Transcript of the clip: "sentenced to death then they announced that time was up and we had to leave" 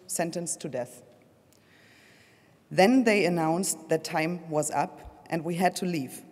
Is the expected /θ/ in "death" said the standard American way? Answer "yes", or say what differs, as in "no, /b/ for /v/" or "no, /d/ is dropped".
yes